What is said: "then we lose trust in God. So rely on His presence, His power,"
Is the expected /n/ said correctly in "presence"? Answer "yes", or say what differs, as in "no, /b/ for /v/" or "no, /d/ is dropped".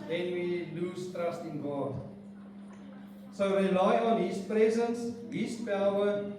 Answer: yes